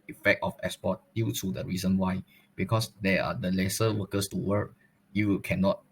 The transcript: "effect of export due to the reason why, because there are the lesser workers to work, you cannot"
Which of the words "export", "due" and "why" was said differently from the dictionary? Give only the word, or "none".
export